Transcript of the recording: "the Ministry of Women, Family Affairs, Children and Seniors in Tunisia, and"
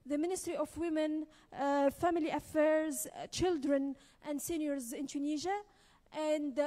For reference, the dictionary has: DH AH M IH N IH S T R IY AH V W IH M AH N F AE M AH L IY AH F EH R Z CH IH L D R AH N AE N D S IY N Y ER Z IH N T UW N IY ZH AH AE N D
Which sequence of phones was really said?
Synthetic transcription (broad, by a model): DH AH M IH N IH S T R IY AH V W IH M AH N F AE M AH L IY AH F EH R Z CH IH L D R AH N AE N D S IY N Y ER Z IH N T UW N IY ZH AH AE N D